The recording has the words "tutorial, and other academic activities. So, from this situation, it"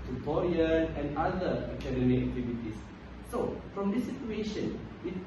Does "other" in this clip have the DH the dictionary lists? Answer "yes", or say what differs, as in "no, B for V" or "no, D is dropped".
no, DH is dropped